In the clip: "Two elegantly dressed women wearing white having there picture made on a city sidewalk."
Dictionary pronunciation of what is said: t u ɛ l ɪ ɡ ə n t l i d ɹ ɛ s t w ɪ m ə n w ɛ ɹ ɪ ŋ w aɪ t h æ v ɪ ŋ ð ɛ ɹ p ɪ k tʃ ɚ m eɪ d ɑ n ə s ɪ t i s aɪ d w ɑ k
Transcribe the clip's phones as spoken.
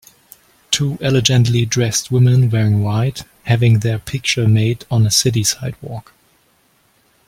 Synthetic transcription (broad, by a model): t u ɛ l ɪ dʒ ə n t l i d ɹ ɛ s t w ɪ m ə n w ɛ ɹ ɪ ŋ w aɪ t h æ v ɪ ŋ ð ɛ ɹ p ɪ k tʃ ɚ m eɪ d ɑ n ə s ɪ t i s aɪ d w ɑ k